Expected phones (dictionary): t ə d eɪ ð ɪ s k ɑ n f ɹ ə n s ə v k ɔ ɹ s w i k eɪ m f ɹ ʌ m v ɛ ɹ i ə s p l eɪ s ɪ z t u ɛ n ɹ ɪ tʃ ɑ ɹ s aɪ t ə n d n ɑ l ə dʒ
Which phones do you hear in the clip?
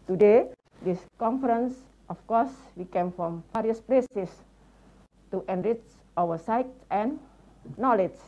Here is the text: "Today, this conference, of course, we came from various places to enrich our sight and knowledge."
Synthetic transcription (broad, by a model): t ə d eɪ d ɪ s k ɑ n f ɹ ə n s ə f k ɔ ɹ s w i k eɪ m f ɹ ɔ m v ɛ ɹ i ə s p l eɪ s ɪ s t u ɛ n ɹ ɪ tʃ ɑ w s aɪ t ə n n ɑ l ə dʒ